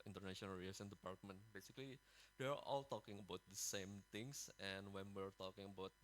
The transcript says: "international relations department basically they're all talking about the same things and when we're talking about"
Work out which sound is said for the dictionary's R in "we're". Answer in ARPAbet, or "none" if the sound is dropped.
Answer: R